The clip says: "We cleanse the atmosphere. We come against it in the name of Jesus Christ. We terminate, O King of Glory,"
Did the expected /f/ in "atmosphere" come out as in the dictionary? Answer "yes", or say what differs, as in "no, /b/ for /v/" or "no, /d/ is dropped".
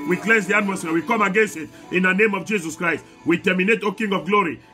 no, /f/ is dropped